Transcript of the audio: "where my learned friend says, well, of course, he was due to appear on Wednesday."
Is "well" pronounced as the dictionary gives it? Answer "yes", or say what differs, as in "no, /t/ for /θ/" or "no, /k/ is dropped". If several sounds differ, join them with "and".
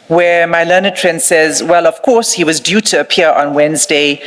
yes